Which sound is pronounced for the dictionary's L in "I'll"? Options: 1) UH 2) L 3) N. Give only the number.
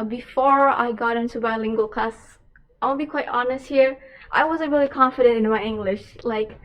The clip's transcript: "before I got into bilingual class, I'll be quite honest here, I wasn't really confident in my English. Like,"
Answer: 3